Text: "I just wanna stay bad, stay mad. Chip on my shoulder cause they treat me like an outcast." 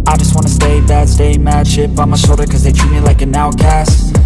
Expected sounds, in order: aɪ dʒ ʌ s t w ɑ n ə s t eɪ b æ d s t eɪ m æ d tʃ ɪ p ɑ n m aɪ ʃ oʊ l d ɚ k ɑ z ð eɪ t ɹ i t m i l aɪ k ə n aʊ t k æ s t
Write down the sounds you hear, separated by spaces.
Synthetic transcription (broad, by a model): aɪ dʒ ʌ s t w ɑ n ə s t eɪ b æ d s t eɪ m æ d ʃ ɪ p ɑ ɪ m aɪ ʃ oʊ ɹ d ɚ k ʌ z ð eɪ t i m i l aɪ k ə n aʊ k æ s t